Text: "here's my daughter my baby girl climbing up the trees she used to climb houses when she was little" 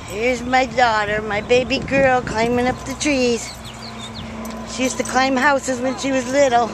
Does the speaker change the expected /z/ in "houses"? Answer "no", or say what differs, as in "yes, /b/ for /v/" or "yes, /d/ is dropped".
no